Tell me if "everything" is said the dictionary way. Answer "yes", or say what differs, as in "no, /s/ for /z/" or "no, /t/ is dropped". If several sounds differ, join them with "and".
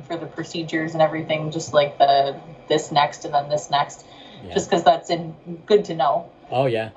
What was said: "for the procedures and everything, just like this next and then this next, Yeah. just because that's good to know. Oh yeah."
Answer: yes